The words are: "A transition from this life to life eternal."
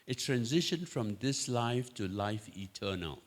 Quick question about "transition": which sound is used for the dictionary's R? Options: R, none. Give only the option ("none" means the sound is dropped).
R